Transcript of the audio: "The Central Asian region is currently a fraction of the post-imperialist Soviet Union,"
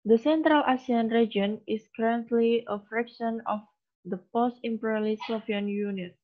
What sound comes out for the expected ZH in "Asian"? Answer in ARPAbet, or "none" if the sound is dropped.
S